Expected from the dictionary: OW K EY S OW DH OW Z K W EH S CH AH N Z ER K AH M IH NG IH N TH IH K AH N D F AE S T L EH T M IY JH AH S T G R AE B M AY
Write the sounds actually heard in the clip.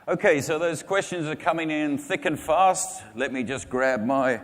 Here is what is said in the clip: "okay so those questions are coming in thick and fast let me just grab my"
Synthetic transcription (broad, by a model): OW K EY S OW DH OW Z K W EH S CH AH N Z ER K AH M IH NG IH N TH IH K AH N F AE S T L EH T M IY JH AH S G R AE B M AY